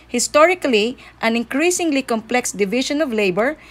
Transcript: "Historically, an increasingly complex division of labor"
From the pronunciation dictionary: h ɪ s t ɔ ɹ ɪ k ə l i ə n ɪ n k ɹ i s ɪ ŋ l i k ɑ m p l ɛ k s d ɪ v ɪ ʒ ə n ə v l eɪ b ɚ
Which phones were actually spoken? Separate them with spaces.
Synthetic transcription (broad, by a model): h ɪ s t ɔ ɹ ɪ k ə l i ə n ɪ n k ɹ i s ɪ ŋ l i k ɑ m p l ɛ k s d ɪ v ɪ ʃ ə n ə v l eɪ b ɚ